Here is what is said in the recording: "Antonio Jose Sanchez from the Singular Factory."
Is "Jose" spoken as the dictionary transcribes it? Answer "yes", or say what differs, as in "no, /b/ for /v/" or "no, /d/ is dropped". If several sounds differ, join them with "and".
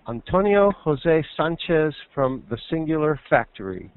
yes